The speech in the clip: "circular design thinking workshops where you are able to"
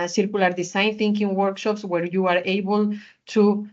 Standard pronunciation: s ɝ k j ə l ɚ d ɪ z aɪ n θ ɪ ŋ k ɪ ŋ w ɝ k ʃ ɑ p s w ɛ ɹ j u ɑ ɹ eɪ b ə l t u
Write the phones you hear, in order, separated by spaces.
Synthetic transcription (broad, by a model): s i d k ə l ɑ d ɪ s aɪ n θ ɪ ŋ k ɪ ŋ w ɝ k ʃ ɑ p s w ɛ ɹ j u ɑ ɹ eɪ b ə l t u